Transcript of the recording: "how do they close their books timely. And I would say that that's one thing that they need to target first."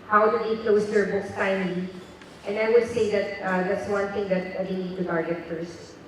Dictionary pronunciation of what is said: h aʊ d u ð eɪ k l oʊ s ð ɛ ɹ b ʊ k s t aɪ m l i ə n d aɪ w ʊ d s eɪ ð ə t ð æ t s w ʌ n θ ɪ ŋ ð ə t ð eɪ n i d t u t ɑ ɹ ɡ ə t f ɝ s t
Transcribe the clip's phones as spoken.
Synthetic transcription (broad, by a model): h aʊ d u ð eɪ k l oʊ s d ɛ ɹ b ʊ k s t aɪ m i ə n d aɪ w ʊ d s eɪ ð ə t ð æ t s w ʌ n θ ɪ ŋ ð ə t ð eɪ n i d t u t ɑ ɹ ɡ ə t f ɝ s t